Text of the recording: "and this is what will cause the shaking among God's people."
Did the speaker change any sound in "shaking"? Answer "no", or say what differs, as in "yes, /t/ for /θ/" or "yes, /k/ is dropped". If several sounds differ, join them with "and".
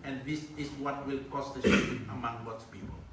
yes, /k/ is dropped